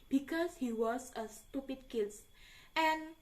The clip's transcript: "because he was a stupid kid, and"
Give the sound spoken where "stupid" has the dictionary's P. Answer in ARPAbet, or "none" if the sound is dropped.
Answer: P